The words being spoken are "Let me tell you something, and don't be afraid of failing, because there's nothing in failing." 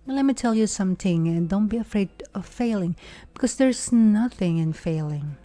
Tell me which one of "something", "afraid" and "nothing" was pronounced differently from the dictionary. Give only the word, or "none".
none